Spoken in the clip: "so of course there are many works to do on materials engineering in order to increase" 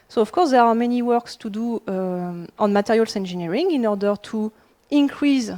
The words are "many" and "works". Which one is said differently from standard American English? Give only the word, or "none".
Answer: none